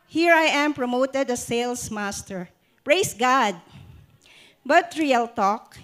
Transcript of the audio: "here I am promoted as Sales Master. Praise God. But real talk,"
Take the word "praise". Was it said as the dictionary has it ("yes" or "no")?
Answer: no